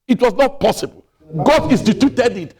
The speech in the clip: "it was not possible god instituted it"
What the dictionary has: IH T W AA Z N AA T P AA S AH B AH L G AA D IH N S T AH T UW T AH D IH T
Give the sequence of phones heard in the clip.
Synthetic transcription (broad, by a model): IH T W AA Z N AA T P AA S AH B AH L G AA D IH S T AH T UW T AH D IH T